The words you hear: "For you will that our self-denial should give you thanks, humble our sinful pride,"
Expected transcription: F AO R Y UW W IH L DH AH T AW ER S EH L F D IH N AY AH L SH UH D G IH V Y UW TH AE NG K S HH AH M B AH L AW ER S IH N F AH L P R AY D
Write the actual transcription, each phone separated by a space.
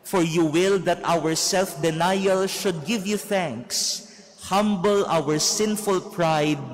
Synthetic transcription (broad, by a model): F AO R Y UW W IH L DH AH T AW ER S EH L F D IH N AY AH L SH UH D G IH V Y UW TH AE NG K S HH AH M B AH L AW ER S IH N F AH L P R AY D